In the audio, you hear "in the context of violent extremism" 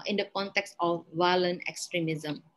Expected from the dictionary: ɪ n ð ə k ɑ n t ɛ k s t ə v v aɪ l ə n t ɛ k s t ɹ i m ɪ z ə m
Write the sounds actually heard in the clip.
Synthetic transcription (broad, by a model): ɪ n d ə k ɑ n t ɛ k s t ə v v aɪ l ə n ɛ k s t ɹ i m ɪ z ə m